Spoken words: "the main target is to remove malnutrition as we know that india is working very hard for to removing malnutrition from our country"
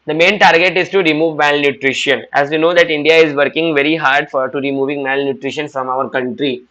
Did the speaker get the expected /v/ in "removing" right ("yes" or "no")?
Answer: yes